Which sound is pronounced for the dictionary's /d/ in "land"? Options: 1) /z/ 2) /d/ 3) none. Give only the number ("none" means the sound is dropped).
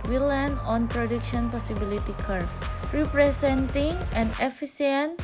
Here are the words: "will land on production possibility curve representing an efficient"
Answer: 3